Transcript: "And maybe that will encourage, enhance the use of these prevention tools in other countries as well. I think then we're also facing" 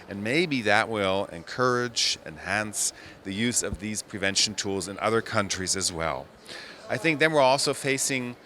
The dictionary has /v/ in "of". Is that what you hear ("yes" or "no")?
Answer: yes